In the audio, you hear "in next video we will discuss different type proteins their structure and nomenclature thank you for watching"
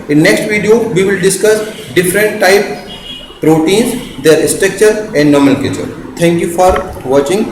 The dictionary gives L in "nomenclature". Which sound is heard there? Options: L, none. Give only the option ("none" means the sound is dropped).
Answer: none